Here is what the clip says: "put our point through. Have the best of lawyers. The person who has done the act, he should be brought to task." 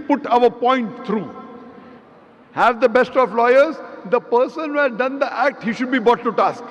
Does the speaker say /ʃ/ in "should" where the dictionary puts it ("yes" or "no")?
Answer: yes